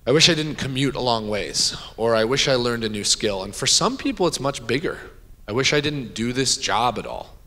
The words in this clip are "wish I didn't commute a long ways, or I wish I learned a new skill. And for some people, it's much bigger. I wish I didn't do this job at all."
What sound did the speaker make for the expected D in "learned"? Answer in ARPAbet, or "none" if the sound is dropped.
D